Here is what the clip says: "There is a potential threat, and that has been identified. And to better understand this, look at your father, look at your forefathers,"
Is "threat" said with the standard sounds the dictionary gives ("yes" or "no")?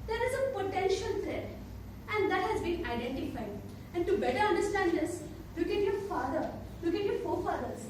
no